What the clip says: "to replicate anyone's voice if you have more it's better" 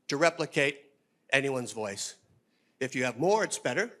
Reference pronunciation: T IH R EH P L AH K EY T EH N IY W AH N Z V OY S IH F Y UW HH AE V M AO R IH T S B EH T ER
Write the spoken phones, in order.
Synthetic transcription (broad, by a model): T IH R EH P L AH K EY T EH N IY W AH N Z V OY S IH F Y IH V M AO R IH T S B EH T ER